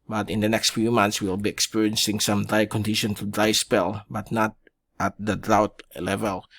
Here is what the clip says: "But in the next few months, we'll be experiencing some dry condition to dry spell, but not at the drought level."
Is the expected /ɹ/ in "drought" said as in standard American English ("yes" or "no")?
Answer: yes